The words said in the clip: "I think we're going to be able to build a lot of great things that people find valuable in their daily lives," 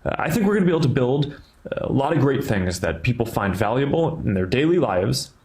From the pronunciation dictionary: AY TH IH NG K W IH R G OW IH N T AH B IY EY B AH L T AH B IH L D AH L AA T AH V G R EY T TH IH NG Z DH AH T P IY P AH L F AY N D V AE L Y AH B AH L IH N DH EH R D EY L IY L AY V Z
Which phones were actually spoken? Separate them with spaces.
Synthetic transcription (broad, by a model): AY TH IH NG K W IH R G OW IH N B IY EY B L T AH B IH L D AH L AA T AH V G R EY T TH IH NG Z DH AH T P IY P L F AY N D V AE L Y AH B L IH N DH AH R D EY L IY L AY V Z